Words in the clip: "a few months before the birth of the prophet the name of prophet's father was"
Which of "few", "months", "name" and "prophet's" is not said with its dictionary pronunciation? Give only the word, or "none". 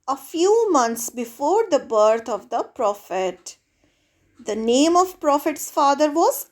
months